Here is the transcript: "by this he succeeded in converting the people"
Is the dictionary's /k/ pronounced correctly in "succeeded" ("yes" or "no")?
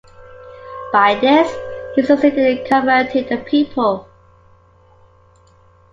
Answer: no